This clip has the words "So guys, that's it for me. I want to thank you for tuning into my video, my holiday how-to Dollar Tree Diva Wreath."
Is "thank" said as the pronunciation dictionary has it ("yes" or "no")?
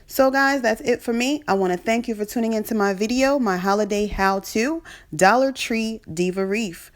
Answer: yes